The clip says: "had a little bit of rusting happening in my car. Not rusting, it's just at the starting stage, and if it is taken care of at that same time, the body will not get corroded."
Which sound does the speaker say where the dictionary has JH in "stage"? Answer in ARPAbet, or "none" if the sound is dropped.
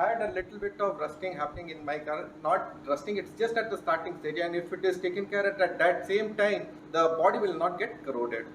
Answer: none